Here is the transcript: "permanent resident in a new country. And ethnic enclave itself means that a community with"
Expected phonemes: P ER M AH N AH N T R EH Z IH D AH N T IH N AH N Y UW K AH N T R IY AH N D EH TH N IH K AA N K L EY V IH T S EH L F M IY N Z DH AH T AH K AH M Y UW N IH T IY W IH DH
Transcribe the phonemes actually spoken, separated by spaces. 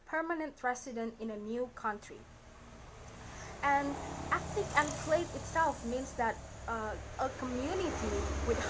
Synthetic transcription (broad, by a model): P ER M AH N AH N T R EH S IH D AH N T IH N AH N Y UW K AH N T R IY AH N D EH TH L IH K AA N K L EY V IH T S EH L F M IY N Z DH AH T AH K AH M Y UW N IH T IY W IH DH